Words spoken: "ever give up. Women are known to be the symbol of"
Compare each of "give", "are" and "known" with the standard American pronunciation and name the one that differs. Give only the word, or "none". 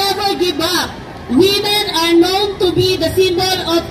give